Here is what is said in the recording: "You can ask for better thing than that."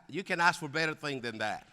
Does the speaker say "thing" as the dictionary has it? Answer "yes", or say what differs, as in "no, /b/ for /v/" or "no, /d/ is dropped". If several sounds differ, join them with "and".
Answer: yes